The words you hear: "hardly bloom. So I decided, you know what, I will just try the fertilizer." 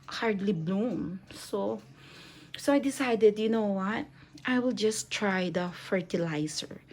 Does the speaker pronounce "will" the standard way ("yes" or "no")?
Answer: yes